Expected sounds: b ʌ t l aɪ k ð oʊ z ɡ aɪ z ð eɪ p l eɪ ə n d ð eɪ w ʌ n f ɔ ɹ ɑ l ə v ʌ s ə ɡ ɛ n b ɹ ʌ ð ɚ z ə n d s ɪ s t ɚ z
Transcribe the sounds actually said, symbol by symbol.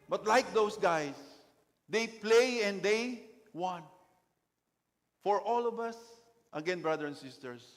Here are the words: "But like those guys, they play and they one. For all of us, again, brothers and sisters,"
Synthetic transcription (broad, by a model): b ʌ t l aɪ k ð oʊ s ɡ aɪ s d eɪ p l eɪ ə n d eɪ w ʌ n f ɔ ɹ ɑ l ə v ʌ s ə ɡ ɛ n b ɹ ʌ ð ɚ ə n s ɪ s t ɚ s